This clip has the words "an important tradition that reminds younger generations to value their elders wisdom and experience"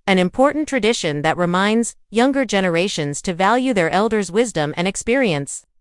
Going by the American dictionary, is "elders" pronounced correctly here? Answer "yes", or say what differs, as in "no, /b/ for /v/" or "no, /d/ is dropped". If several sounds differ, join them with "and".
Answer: yes